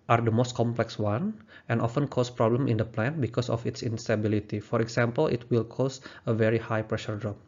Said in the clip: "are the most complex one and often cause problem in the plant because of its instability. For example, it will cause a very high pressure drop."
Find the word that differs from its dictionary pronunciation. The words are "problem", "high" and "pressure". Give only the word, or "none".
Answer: none